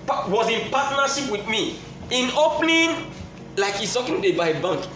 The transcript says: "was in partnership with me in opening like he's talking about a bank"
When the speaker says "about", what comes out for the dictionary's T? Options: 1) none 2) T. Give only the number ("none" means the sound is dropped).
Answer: 1